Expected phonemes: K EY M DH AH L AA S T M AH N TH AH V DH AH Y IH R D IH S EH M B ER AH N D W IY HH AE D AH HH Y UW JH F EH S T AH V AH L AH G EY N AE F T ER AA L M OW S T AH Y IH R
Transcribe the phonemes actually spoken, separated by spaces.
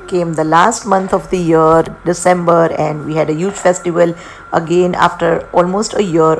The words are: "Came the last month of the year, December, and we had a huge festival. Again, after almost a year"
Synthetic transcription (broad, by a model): K EY M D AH L AA S T M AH N T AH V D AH Y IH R D IH S EH M B ER AH N D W IY HH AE D AH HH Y UW JH F EH S T AH V AH L AH G EY N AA F T ER AA L M OW S T AH Y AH R